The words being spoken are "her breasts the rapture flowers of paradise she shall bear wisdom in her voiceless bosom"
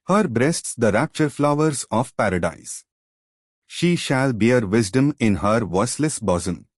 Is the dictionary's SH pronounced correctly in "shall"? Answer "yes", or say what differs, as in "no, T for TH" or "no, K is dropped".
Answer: yes